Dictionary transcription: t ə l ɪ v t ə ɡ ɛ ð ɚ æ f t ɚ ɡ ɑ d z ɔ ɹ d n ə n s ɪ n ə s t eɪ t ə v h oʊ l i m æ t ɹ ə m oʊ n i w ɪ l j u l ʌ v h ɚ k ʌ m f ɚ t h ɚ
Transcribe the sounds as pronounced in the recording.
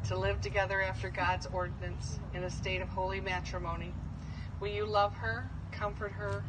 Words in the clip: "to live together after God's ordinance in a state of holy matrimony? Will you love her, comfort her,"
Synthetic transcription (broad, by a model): t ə l ɪ v t ə ɡ ɛ ð ɚ æ f t ɚ ɡ ɑ d z ɔ ɹ d n ə n s ɪ n ə s t eɪ t ə v h oʊ l i m æ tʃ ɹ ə m oʊ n i w ɪ l j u l ʌ v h ɚ k ʌ m f ɚ t h ɚ